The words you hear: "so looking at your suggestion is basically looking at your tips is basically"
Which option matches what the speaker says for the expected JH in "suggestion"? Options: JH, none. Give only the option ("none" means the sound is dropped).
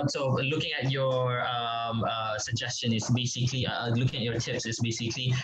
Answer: JH